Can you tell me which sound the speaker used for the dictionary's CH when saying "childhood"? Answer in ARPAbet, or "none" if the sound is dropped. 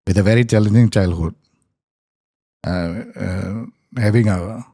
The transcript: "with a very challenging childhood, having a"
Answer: CH